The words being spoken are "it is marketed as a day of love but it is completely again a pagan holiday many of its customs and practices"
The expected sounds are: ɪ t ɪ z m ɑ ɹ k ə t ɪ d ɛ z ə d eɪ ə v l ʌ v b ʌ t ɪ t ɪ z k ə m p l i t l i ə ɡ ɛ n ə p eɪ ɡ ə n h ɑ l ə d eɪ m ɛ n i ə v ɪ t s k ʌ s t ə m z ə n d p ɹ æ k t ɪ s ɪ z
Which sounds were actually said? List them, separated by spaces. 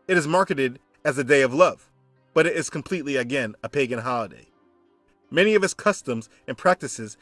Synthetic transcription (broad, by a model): ɪ t ɪ z m ɑ ɹ k ə t ɪ d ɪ z ə d eɪ ə v l ʌ v b ʌ t ɪ t ɪ z k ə m p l i t l i ə ɡ ɛ n ə p eɪ ɡ ə n h ɑ l ə d eɪ m ɛ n i ə v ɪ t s k ʌ s t ə m z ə n p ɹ æ k t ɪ s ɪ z